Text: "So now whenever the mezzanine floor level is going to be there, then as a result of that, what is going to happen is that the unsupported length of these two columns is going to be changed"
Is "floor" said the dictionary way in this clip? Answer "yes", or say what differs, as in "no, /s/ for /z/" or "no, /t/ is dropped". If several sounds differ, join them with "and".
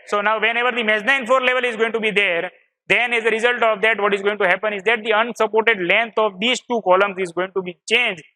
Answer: no, /l/ is dropped